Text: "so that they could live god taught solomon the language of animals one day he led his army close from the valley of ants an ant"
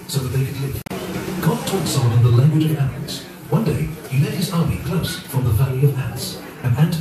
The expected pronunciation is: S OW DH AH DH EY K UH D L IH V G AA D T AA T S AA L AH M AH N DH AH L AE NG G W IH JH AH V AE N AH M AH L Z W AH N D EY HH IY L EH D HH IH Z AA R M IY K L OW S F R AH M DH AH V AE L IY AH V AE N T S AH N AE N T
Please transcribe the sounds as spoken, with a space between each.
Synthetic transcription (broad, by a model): S OW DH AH DH EY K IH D L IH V G AA D T AA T S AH W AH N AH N DH AH L AE NG G W IH JH AH V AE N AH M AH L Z W AH N D EY HH IY L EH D HH IH Z AA R M IY K L OW S F R AH M DH AH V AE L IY AH V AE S AH N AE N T